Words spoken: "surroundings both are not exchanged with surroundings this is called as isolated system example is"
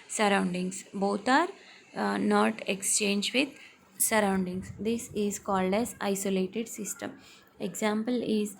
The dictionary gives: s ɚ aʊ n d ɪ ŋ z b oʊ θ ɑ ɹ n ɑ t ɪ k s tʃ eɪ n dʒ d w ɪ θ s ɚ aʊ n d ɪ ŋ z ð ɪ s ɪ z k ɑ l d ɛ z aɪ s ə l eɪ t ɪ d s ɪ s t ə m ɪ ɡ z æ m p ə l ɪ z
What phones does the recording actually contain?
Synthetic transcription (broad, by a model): s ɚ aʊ n d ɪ ŋ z b oʊ t ɑ ɹ n ɑ t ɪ k s tʃ eɪ n dʒ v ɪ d s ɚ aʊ n d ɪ ŋ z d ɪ s ɪ z k ɑ l d ɛ z aɪ s ə l eɪ t ɪ d s ɪ s t ə m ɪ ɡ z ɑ m p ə l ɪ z